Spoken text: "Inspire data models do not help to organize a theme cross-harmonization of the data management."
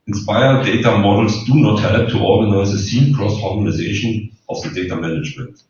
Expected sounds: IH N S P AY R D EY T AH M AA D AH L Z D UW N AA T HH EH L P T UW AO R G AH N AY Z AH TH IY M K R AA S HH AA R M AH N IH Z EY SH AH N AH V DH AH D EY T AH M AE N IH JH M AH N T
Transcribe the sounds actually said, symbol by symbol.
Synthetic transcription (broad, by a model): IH N S P AY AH D EY T AH M AA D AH L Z D UW N AA T HH EH L P T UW AO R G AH N AY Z AH S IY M K R AA S HH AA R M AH N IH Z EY SH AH N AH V DH AH D EY T AH M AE N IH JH M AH N T